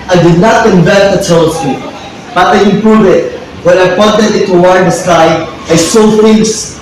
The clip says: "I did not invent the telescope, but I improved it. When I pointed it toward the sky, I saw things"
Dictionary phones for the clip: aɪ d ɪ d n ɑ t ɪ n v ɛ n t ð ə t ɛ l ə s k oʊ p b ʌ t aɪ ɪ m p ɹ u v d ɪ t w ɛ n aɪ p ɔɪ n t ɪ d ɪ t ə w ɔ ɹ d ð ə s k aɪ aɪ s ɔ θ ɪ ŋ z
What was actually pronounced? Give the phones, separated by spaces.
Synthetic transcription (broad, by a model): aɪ d ɪ d n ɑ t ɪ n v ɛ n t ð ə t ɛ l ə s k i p b ʌ t aɪ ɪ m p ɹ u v ɪ t w ɛ n aɪ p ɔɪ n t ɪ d ɪ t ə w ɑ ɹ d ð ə s k aɪ aɪ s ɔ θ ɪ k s